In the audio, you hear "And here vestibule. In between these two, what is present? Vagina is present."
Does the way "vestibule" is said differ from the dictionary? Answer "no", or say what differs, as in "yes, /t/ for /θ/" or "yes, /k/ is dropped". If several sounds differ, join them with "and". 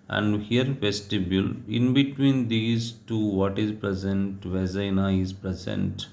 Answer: yes, /f/ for /v/